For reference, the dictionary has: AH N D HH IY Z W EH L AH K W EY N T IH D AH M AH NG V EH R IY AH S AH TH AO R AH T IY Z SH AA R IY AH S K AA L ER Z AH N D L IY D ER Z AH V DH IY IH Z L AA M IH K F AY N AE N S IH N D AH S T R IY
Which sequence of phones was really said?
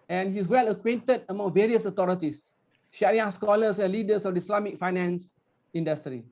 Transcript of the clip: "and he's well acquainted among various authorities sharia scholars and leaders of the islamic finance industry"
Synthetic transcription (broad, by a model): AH N HH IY S W EH L AH K W EY N T IH D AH M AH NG V EH R IY AH S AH T AO R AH T IY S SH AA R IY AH S K AA L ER S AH N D L IY D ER S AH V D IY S L AA M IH K F AY N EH N S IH N D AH S T R IY